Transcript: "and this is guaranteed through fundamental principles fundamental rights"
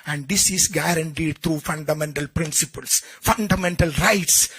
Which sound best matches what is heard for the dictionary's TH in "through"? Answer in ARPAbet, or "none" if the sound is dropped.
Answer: T